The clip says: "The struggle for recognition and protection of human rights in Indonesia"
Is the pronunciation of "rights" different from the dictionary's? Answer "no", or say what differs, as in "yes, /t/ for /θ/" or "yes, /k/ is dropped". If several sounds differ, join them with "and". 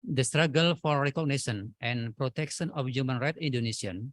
yes, /s/ is dropped